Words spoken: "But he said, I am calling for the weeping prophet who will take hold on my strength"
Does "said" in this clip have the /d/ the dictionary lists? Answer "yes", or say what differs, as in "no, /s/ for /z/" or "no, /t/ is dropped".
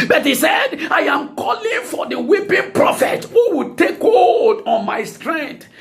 yes